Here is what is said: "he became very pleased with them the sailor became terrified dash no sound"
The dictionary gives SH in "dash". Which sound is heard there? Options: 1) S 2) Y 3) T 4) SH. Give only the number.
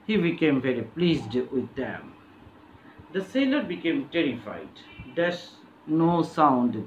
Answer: 1